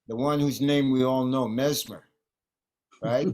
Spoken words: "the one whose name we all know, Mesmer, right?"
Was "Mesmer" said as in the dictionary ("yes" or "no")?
yes